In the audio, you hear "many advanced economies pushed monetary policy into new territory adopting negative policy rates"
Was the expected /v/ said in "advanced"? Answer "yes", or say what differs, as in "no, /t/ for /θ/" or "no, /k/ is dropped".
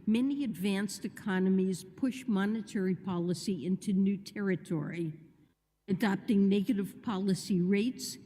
yes